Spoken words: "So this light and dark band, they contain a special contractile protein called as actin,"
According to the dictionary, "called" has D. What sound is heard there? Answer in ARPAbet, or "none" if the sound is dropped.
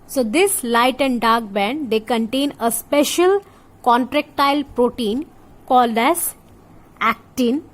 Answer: D